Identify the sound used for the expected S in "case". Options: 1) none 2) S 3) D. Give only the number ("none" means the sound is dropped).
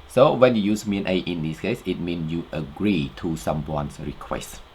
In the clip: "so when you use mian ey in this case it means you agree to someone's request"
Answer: 2